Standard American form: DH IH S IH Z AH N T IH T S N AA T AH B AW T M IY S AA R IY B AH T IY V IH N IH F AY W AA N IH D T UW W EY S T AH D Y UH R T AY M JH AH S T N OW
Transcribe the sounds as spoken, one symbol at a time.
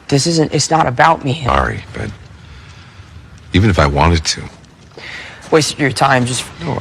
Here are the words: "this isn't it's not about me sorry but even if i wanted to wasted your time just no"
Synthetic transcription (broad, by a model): DH IH S IH Z AH N T IH T S N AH T AH B AW T M IY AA R IY B AH T IY V IH N IH F AY W AA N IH D T UW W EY S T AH R T AY M JH AH S T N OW